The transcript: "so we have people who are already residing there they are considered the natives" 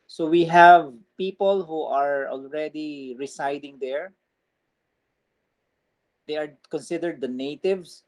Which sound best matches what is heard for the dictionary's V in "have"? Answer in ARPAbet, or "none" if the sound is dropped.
V